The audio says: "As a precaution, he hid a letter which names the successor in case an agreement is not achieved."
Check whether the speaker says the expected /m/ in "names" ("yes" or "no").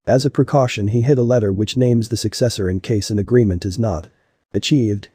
yes